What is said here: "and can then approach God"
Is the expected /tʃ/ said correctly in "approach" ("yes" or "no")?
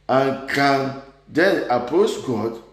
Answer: no